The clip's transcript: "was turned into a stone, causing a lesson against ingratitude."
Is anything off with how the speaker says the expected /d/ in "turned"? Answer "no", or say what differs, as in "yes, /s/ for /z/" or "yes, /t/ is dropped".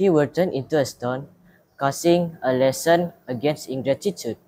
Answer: yes, /d/ is dropped